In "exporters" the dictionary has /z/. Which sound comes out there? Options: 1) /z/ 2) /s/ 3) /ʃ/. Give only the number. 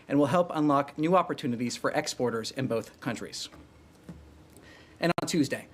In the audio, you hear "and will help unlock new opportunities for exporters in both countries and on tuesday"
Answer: 1